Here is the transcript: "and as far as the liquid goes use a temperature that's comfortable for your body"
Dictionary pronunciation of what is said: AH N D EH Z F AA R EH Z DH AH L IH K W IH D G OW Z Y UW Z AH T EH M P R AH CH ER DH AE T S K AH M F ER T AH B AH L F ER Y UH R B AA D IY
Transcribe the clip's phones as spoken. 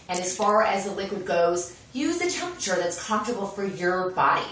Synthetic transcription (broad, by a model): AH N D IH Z F AA R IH Z DH AH L IH K W IH D G OW Z Y UW Z AH T EH M P R AH CH ER DH AE T S K AH M F T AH B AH L F ER Y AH R B AA D IY